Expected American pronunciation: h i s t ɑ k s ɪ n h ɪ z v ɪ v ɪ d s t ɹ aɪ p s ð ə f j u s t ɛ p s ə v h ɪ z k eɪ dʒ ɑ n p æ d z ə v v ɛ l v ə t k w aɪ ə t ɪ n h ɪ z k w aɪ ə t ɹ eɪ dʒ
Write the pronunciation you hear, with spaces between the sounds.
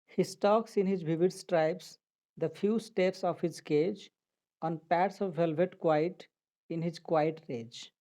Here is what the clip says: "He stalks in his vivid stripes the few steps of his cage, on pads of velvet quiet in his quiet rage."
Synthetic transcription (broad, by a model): h i s t ɑ k s ɪ n h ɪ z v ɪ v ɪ d s t ɹ aɪ p s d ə f j u s t ɛ p s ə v h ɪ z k eɪ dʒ ɑ n p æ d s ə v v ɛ l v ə t k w aɪ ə t ɪ n h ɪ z k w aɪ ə t ɹ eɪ dʒ